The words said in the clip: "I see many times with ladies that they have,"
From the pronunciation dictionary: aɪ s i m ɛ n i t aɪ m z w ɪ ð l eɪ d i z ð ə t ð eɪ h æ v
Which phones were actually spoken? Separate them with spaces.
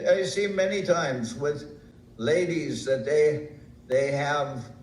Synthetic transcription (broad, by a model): aɪ s i m ɛ n i t aɪ m z w ɪ ð l eɪ d i z ð ə t ð eɪ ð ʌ v